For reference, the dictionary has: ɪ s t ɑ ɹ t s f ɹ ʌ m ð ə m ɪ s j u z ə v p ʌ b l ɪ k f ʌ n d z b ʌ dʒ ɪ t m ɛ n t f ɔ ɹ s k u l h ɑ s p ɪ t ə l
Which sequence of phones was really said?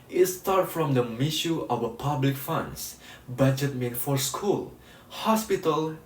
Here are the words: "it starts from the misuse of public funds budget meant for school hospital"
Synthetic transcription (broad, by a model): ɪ s t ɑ ɹ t f ɹ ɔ m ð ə m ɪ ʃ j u ə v p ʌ b l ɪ k f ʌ n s b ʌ dʒ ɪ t m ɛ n f ɔ ɹ s k u l h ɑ s p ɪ t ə l